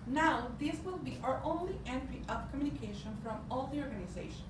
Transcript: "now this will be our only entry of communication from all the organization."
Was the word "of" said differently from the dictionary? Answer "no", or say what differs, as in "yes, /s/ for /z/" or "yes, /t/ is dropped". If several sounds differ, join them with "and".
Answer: yes, /p/ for /v/